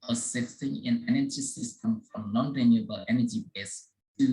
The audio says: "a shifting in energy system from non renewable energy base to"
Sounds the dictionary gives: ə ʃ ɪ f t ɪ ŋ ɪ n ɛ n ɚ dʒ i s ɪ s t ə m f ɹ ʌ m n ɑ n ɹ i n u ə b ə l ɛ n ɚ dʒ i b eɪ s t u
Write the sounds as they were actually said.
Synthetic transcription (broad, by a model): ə s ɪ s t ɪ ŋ ɪ n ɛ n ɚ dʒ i s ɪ s t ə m f ɹ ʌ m n ɑ n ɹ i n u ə b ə l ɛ n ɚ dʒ i b eɪ s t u